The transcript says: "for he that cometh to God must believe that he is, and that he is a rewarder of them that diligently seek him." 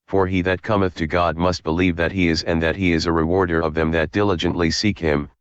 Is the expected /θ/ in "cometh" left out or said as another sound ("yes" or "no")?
no